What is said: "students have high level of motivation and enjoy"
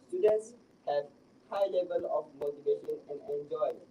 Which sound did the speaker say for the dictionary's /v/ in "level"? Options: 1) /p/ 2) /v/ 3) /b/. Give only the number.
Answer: 2